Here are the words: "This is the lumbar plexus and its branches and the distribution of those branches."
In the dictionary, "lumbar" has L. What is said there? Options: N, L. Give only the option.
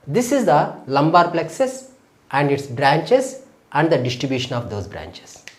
L